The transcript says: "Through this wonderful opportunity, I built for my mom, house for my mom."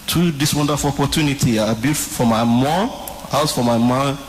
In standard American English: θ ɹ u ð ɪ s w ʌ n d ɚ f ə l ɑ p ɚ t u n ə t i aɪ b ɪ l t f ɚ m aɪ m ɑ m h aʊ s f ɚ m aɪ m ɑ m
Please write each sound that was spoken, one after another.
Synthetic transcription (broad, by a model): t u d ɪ s w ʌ n d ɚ f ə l ɑ p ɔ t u n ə t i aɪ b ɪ t f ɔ m aɪ m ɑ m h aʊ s f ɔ m aɪ m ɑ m